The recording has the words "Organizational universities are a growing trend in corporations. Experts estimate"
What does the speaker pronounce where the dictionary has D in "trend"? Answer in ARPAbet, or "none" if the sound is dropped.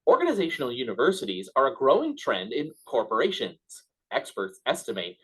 D